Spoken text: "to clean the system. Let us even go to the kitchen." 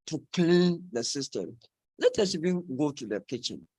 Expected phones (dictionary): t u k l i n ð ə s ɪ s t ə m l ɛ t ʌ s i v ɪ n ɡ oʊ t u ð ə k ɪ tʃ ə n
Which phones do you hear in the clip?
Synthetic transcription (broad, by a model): t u k l i n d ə s ɪ s t ə m l ɛ t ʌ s i v ɪ n ɡ oʊ t u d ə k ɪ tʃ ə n